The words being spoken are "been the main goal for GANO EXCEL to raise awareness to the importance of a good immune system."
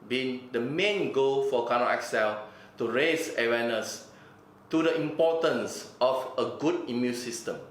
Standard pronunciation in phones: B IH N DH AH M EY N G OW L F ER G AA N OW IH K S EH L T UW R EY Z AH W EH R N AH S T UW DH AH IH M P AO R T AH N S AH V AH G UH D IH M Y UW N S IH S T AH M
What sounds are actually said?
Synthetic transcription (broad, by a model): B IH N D AH M EY N G OW L F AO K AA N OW IH K S EH L T UW R EY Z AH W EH N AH S T UW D AH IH M P AO T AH N S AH F AH G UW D IH M Y UW N S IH S T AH M